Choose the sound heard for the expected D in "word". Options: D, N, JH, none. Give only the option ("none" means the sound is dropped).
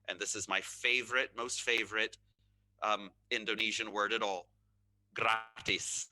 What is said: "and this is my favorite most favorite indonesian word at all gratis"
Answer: D